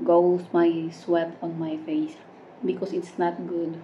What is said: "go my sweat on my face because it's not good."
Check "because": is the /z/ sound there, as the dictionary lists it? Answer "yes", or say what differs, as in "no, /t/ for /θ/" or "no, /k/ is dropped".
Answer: no, /s/ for /z/